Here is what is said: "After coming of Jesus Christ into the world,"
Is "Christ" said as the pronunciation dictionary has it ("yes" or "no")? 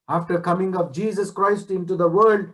yes